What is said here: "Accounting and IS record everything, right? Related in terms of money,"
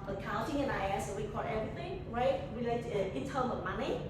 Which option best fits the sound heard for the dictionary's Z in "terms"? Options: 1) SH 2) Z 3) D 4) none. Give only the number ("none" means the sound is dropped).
4